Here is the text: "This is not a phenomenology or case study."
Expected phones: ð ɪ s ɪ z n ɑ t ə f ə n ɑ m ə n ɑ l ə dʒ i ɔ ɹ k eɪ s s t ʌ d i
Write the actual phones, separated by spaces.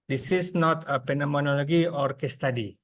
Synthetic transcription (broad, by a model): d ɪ s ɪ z n ɑ t ə p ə n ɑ m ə n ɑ l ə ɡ i ɔ ɹ k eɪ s s t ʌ d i